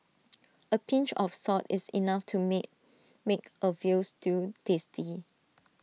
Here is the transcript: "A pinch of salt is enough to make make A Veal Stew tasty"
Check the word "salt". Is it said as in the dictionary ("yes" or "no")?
no